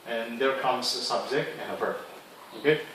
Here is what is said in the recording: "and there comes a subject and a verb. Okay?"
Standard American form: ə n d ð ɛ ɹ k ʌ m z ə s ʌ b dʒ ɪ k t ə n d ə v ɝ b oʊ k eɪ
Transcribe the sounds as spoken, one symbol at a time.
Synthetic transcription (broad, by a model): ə n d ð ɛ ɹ k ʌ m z ə s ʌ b z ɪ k ə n ə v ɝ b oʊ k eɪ